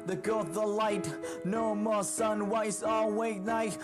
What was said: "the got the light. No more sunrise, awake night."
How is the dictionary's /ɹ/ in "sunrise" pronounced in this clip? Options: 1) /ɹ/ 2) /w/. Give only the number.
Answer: 2